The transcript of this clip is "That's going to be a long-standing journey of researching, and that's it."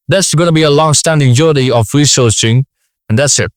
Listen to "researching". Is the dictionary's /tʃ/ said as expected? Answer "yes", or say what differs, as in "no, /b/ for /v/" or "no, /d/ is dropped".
no, /s/ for /tʃ/